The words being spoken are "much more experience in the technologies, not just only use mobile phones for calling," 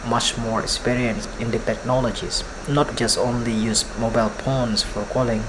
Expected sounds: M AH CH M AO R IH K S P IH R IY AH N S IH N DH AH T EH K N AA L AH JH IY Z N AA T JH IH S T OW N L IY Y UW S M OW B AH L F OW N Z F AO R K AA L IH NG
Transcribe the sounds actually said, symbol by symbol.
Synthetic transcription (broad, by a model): M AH CH M AO R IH K S P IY R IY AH N S IH N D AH T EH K N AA L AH JH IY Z N AA T JH IH S T OW N L IY Y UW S M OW B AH L P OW N S F AO R K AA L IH NG